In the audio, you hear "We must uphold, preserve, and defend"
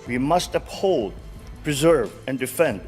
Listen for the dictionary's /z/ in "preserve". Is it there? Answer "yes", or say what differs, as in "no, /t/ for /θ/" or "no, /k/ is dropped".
yes